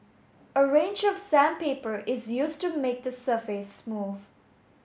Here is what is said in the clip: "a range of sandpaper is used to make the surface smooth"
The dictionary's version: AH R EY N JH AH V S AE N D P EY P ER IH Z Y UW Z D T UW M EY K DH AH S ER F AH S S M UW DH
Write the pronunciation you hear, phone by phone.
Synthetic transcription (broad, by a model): AH R EY N JH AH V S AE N P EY P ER IH Z Y UW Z T UW M EY K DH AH S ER F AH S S M UW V